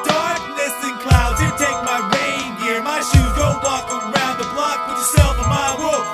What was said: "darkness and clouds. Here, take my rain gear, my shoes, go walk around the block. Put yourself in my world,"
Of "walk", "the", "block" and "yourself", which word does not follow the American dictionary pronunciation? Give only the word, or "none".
yourself